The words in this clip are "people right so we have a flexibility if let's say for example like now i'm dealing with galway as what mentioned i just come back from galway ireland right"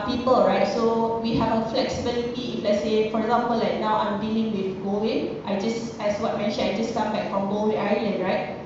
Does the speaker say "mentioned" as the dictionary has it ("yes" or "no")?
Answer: no